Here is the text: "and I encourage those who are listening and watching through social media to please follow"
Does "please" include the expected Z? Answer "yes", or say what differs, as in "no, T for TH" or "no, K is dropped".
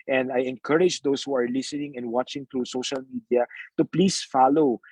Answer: no, S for Z